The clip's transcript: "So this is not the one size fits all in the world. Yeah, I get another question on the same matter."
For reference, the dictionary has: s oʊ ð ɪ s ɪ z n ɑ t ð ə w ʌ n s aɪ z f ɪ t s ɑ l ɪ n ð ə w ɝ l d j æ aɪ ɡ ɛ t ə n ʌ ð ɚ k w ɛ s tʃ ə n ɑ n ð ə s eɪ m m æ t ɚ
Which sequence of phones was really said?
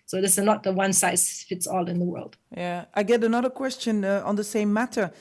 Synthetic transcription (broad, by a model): s oʊ ð ɪ s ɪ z n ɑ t ð ə w ʌ n s aɪ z f ɪ t s ɑ l ɪ n ð ə w ɝ l d j æ aɪ ɡ ɛ t ə n ʌ ð ɚ k w ɛ s tʃ ə n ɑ n ð ə s eɪ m m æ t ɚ